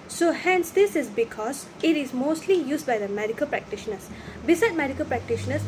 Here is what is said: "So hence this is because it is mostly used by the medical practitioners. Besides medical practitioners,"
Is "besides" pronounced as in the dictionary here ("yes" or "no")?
no